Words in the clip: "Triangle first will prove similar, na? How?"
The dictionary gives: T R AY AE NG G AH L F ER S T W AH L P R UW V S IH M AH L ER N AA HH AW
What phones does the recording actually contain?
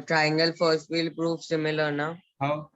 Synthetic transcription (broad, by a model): T R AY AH NG G AH L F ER S T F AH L P R UW F S IH M AH L ER N AA HH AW